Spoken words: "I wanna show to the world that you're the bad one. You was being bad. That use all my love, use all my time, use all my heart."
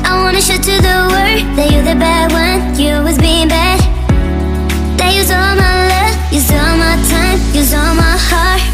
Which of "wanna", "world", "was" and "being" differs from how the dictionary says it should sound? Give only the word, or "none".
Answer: world